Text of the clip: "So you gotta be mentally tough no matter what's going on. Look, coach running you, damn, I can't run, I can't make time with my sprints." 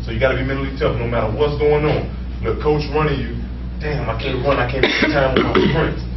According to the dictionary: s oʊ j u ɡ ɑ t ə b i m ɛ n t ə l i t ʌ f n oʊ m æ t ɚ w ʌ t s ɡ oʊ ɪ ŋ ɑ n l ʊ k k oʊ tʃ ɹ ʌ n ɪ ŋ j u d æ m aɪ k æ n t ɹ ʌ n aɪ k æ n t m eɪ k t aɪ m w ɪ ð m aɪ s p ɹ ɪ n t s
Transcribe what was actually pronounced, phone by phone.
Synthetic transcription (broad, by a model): s oʊ j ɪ ɡ ɑ t ə b i m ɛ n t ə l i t ʌ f n oʊ m æ t ɚ w ʌ t s ɡ oʊ ɪ ŋ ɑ n n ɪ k k oʊ tʃ ɹ ʌ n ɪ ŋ j u d æ m aɪ k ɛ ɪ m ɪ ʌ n aɪ k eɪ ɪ t aɪ m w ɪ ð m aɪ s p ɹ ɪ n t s